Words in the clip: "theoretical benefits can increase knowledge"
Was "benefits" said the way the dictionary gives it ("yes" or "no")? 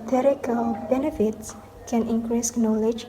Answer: yes